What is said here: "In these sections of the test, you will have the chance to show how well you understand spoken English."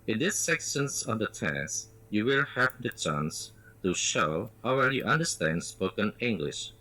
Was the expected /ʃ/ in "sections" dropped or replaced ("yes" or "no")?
yes